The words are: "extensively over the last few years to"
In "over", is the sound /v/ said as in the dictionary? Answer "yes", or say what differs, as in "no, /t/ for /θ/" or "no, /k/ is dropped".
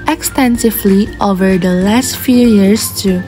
yes